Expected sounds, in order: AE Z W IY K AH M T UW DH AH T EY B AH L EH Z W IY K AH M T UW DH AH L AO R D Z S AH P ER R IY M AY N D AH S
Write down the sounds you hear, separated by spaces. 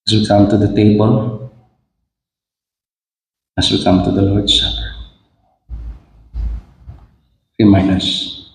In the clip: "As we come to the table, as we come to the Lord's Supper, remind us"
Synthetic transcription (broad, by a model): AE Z W IY K AH M T UW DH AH T EY B AH L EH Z W IY K AH M T UW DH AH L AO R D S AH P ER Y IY M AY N AH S